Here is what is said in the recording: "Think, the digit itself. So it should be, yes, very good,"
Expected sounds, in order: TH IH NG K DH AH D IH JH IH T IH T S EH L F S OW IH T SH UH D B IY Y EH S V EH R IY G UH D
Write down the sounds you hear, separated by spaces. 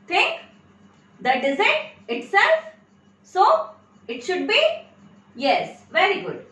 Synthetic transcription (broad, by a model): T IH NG K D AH D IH Z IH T IH T S EH L F S OW IH T SH UH D B IY Y EH S V EH R IY G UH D